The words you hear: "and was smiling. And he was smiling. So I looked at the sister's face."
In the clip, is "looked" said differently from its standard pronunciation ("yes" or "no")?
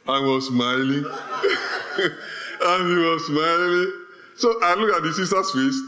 yes